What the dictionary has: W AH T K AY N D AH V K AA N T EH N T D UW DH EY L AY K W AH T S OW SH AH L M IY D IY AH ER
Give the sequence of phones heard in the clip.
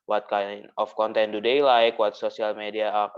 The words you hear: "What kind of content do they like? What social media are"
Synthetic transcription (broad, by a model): W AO T K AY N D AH F K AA N T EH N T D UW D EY L AY K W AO T S OW S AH L M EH D IY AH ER